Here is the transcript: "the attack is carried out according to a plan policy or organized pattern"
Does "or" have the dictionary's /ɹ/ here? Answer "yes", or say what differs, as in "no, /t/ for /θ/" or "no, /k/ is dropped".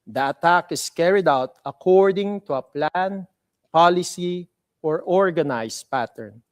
yes